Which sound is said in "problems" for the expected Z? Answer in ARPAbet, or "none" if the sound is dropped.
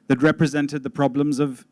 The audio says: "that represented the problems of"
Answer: Z